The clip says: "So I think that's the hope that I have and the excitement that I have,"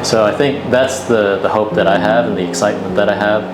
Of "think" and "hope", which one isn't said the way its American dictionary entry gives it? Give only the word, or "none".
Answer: none